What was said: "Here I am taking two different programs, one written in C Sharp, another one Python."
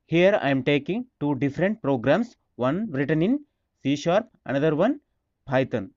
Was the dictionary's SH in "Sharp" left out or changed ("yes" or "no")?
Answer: no